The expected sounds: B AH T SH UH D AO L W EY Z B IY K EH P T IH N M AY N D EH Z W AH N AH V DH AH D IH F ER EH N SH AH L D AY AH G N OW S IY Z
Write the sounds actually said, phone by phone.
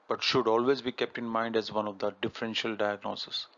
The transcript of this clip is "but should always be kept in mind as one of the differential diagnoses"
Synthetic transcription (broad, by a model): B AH T SH UH D AO L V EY Z B IY K EH P T IH N M AY N D EH Z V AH N AH V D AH D IH F ER EH N SH AH L D AY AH G N OW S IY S